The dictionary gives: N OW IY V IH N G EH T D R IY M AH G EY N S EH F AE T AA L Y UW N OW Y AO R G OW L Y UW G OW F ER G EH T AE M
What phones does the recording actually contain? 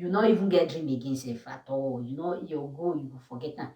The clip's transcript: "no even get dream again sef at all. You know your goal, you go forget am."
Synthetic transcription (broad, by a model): N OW IY V IH N G EH T D R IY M AH G EY N S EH F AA T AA W Y UW N OW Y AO G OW Y UW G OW F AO G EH T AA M